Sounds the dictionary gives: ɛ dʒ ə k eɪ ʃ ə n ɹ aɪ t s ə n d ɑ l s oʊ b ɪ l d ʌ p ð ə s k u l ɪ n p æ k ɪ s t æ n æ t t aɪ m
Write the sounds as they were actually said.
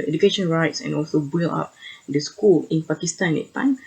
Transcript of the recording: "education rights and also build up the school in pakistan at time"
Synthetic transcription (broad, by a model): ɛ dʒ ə k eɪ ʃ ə n ɹ aɪ t s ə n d ɑ l s oʊ b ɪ l ɑ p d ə s k u l ɪ n p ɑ k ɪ s t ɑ n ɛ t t aɪ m